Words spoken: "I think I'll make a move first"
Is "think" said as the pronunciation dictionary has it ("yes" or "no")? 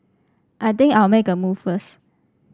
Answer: no